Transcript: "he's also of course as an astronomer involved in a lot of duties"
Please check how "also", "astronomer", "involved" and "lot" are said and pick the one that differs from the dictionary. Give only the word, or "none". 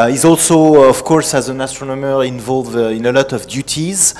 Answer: involved